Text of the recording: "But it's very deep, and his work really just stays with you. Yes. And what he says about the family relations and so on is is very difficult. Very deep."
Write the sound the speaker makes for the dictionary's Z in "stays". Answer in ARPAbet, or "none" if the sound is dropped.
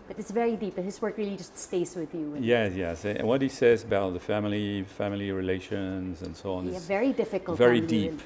S